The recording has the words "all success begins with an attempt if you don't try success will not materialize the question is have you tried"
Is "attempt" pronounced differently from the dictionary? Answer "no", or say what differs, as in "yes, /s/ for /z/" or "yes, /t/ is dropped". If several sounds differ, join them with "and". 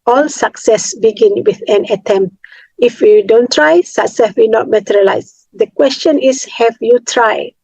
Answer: no